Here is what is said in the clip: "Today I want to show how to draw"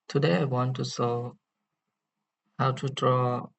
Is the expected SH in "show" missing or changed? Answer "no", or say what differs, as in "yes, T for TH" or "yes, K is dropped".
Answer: yes, S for SH